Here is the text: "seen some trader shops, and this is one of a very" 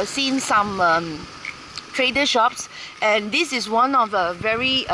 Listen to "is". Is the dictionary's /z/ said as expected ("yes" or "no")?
no